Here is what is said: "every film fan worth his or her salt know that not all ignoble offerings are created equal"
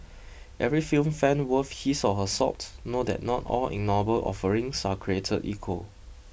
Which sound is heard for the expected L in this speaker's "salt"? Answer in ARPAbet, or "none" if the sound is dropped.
none